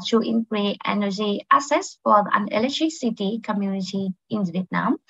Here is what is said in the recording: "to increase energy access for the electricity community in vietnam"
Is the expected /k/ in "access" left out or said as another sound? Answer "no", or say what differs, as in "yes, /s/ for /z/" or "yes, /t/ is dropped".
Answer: yes, /k/ is dropped